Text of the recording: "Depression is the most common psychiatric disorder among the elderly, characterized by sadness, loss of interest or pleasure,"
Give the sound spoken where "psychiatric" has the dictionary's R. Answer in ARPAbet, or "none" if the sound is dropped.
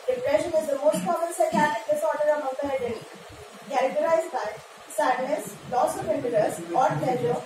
none